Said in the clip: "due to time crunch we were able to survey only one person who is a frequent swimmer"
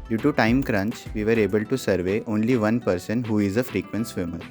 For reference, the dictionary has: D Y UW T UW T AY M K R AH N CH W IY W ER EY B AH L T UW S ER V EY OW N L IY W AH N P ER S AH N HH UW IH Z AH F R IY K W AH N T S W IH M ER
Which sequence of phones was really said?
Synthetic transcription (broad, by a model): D Y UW T UW T AY M K R AH N CH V IY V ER EY B AH L T UW S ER V EY OW N L IY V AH N P ER S AH N HH UW IH Z AH F R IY K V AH N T S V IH M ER